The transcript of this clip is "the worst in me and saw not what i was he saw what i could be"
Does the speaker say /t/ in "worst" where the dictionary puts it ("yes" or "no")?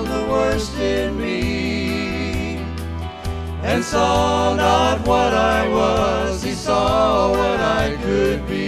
yes